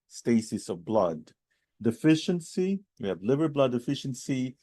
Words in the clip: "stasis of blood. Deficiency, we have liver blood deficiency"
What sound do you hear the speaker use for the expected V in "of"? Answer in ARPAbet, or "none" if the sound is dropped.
V